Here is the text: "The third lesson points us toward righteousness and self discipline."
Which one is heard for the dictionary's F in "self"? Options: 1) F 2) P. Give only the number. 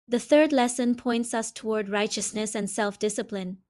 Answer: 1